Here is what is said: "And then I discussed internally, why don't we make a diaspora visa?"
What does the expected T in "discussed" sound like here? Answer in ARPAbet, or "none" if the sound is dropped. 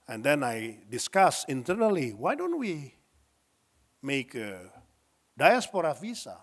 none